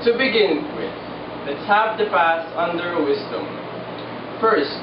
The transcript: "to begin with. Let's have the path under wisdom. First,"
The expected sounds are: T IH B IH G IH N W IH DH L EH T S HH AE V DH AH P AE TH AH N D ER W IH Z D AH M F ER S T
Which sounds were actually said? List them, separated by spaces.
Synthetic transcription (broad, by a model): T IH B IH G IH N W IH DH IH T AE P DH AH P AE S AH N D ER W IH Z D AH M F ER S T